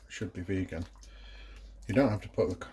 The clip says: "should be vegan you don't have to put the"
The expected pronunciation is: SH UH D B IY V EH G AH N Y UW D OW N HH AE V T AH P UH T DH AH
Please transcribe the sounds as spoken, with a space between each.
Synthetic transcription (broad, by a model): SH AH D B IY V EH G AH N Y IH D OW N HH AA F T AH P UH T DH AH